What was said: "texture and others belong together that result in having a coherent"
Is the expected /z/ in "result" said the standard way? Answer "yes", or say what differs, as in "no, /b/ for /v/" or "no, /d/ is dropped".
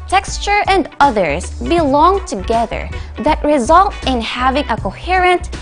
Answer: yes